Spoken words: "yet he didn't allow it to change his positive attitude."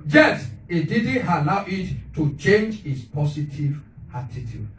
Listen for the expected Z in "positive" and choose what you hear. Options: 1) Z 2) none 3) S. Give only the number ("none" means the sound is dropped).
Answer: 3